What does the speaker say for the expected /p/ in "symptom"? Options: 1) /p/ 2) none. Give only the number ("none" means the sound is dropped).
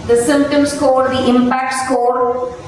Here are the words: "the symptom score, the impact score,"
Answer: 1